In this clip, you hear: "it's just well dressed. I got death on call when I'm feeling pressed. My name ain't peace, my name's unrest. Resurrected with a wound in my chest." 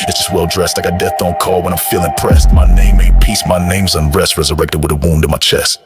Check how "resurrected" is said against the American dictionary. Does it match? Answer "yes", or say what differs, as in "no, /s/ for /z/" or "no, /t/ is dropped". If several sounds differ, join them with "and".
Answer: yes